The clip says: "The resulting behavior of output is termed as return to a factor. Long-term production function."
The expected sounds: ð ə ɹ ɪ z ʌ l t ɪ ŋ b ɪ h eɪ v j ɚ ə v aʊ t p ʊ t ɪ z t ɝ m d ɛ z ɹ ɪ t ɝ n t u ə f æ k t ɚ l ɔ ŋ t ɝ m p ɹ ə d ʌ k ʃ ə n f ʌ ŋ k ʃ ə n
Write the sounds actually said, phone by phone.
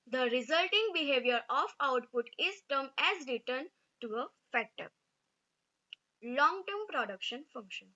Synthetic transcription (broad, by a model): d ə ɹ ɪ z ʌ l t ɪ ŋ b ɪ h eɪ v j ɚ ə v aʊ t p ʊ t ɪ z t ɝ m ɛ z ɹ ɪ t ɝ n t u ə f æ t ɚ l ɔ ŋ t ɝ m p ɹ ə d ʌ k ʃ ə n f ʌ ŋ k ʃ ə n